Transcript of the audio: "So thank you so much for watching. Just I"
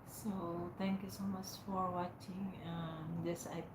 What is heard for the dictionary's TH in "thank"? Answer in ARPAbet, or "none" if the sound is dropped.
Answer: T